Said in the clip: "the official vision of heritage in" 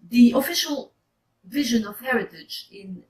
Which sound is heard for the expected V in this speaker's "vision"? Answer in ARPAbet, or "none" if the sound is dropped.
V